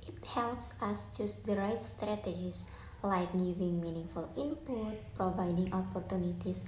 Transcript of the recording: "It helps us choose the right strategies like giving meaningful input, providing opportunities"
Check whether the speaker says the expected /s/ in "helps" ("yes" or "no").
yes